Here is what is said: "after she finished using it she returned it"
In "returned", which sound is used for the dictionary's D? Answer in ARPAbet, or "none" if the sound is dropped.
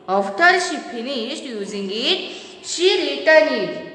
none